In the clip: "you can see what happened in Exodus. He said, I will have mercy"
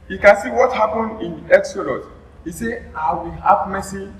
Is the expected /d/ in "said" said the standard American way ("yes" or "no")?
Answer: no